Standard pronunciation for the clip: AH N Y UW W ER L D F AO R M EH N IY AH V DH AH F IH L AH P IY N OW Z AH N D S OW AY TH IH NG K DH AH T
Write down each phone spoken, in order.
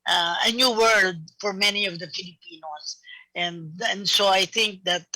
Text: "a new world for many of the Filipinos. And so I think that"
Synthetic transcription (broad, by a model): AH N Y UW W ER L D F AO R M EH N IY AH V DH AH F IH L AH P IY N OW S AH N D S OW AY TH IH NG K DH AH T